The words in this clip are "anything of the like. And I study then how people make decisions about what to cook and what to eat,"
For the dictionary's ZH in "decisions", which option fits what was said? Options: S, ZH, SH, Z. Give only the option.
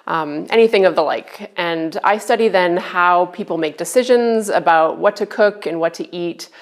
ZH